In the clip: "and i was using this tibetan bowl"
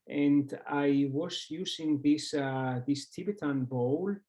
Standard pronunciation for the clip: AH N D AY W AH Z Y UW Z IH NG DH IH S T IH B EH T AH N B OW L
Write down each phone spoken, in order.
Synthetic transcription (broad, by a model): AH N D AY W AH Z Y UW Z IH NG DH IH S T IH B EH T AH N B OW L